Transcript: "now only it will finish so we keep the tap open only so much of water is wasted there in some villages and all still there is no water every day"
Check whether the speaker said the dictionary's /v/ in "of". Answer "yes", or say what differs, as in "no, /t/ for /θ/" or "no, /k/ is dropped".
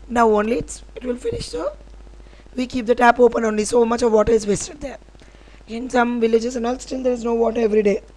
yes